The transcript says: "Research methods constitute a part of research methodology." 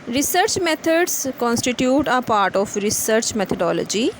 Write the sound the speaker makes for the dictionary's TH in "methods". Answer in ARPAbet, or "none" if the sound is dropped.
T